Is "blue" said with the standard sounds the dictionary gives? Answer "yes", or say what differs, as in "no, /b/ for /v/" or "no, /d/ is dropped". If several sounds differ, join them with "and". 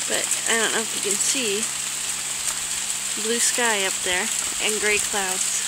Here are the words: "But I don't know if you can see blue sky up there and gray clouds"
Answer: yes